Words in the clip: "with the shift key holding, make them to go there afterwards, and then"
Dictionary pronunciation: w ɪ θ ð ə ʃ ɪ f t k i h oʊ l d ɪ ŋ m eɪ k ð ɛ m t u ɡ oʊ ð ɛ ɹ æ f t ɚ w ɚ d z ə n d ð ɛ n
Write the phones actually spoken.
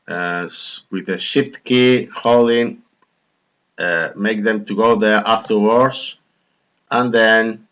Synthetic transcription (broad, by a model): w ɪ ð ə ʃ ɪ f t k i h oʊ l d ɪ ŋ m eɪ k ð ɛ m t u ɡ oʊ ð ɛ ɹ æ f t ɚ w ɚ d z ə n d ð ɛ n